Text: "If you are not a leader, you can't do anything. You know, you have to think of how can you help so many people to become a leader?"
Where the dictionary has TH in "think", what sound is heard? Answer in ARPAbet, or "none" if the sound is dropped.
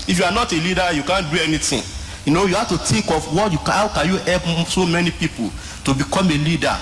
T